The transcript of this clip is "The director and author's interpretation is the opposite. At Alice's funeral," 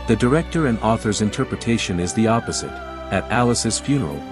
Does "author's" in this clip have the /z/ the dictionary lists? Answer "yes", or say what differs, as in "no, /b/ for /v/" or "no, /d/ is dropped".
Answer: yes